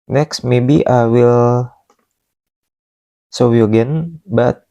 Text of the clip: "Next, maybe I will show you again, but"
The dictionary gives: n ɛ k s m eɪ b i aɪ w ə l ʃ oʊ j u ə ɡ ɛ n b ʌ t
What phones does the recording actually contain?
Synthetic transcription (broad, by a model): n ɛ k s m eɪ b i aɪ w ə l s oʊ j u ə ɡ ɛ n b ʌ t